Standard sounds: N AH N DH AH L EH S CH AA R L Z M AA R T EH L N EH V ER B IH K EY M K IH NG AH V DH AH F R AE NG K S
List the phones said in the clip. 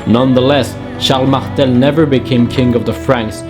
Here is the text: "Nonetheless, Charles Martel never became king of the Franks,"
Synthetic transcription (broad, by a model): N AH N DH AH L EH S SH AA L M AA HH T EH L N EH V ER B IH K EY M K IH NG AH V DH AH F R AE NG K S